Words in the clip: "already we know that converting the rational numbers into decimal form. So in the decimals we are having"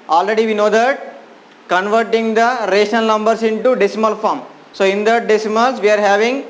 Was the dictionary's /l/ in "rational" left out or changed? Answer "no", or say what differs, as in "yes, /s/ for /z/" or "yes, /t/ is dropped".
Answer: yes, /n/ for /l/